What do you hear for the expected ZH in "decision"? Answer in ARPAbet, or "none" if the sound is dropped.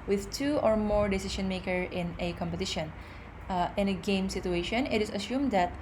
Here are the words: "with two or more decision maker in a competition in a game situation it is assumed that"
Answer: SH